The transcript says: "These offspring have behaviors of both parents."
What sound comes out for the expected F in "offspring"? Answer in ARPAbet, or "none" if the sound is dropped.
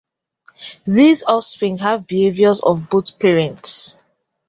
none